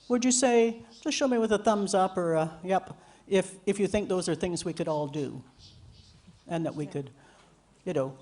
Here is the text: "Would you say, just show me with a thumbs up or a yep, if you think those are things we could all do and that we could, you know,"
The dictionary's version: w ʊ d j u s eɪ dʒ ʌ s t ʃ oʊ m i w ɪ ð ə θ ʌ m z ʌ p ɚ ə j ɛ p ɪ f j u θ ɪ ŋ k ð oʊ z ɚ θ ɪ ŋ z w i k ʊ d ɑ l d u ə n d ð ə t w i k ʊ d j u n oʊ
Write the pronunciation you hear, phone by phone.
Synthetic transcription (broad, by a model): w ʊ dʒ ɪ s eɪ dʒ ʌ s t ʃ oʊ m i w ɪ ð ə θ ʌ m z ʌ p ɚ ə j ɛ p ɪ f j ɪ θ ɪ ŋ k ð oʊ z ɚ θ ɪ ŋ z w i k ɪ d ɑ l d u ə n ð ə t w i k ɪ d j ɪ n oʊ